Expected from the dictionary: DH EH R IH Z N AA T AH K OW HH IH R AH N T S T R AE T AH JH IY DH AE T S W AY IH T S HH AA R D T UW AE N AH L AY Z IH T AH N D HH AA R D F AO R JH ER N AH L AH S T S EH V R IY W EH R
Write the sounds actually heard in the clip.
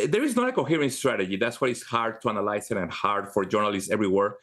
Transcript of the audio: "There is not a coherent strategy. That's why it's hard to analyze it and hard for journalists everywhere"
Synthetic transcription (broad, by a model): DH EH R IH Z N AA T AH K OW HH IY R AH N S T R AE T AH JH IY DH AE T S W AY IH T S HH AA R D T UW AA N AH L AY S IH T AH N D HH AA R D F AO R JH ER N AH L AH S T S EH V R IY W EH R